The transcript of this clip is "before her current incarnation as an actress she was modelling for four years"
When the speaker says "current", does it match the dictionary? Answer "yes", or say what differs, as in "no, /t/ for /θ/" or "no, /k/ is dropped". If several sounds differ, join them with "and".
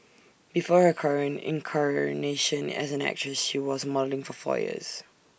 no, /t/ is dropped